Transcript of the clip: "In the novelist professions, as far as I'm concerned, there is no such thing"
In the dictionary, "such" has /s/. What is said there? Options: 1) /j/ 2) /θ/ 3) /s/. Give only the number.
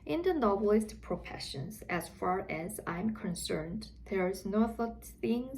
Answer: 2